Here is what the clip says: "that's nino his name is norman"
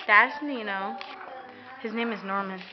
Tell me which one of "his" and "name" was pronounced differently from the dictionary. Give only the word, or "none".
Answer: none